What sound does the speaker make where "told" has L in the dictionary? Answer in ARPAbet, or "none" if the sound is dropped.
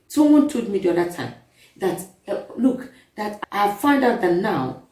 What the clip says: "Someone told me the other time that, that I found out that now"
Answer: none